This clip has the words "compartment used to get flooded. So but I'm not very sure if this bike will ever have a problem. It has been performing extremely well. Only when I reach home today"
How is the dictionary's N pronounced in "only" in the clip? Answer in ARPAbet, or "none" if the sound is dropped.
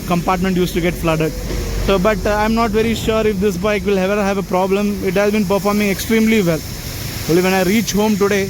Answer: none